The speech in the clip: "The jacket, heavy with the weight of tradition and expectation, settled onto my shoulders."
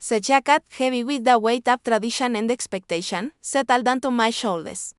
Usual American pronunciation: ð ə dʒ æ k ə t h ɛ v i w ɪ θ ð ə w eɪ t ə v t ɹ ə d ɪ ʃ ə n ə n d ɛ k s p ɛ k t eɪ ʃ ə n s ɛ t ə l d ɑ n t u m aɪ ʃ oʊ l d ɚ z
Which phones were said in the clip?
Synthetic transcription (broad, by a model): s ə tʃ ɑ k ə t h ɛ b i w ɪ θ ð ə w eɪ t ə p t ɹ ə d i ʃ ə n ə n d ɛ k s p ɛ k t eɪ ʃ ə n s ɛ t ə l d ɑ n t u m aɪ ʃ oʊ l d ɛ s